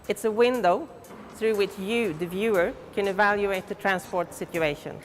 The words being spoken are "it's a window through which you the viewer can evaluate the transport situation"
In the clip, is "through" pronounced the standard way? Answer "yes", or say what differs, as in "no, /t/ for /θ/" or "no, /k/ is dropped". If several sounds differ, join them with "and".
yes